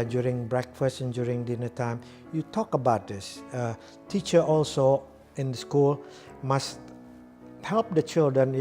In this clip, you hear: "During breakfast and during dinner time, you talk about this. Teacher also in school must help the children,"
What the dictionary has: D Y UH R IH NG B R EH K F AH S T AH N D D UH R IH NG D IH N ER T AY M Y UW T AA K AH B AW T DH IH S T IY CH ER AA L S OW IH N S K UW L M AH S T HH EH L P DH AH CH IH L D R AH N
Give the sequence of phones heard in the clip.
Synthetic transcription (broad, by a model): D Y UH R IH NG B R EH K F AH S T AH N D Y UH R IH NG D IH N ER T AY M Y UW T AA K AH B AW T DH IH S T IY CH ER AA L S OW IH N S K UW L M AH S T HH EH L P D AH CH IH L D R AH N